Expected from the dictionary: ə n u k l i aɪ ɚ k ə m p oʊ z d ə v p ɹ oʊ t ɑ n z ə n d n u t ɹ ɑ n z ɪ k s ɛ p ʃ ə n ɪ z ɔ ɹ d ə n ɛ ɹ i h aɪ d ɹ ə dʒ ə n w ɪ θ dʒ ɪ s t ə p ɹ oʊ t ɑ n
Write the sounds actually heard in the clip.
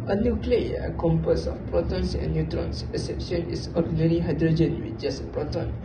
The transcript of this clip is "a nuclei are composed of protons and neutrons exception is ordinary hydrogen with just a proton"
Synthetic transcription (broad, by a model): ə n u k l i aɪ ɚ k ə m p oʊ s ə f p ɹ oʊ t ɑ n s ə n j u t ɹ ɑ n s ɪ s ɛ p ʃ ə n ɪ s ɔ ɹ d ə n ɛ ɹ i h aɪ d ɹ ə dʒ ə n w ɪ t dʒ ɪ s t ə p ɹ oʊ t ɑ n